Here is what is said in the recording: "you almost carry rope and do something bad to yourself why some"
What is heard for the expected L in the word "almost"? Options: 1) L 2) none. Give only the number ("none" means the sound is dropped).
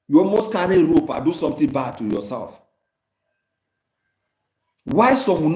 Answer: 2